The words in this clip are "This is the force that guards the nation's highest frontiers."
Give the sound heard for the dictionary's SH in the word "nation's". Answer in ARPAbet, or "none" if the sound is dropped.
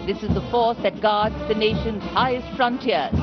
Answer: SH